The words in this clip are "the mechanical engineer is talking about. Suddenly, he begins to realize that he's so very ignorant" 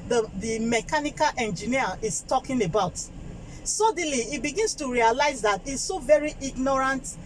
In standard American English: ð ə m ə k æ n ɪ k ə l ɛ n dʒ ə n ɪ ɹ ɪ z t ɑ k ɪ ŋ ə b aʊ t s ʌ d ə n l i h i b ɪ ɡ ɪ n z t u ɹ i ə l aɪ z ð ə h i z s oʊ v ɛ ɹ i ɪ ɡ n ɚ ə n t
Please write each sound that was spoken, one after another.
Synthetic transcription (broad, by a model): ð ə m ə k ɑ n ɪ k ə l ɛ n dʒ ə n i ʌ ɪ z t ɑ k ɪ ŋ ə b aʊ t s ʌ d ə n l i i b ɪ ɡ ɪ n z t u ɹ i ə l aɪ z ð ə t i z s oʊ v ɛ ɹ i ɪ ɡ n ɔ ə n t